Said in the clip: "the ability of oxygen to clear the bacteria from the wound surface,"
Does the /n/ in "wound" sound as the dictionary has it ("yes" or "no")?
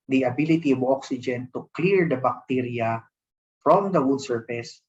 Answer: no